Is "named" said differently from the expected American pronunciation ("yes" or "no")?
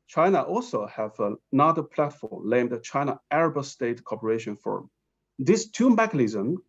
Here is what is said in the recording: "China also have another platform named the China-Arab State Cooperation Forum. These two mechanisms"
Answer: yes